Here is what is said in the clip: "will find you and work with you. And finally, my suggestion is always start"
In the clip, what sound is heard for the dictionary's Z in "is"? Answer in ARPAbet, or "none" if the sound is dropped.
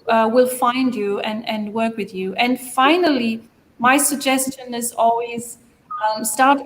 Z